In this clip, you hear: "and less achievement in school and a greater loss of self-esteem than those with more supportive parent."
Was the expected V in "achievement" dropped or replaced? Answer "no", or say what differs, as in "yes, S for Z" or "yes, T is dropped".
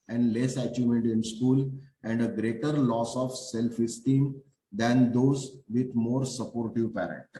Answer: yes, V is dropped